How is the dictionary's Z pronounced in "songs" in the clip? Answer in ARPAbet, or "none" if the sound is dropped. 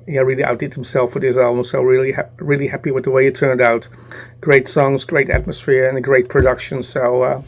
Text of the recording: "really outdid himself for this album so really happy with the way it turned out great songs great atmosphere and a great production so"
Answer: Z